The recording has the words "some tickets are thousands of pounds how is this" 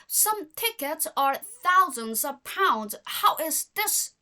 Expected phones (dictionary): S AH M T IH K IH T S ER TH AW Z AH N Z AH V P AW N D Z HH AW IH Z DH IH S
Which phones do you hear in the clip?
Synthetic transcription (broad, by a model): S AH M T IH K IH T S ER TH AW Z AH N Z AH V P AW N D Z HH AW IH Z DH IH S